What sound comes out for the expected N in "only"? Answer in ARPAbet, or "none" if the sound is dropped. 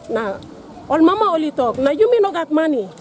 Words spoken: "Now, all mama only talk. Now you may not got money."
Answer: none